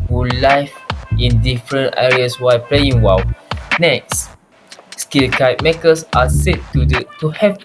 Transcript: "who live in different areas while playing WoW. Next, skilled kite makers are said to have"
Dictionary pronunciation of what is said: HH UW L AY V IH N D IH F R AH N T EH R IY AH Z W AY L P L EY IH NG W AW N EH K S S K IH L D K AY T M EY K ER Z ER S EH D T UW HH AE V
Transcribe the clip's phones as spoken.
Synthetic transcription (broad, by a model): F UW L AY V IH N D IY F R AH N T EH R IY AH S W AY P L EY IH NG W AW N EH K S S K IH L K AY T M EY K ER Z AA S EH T T UW HH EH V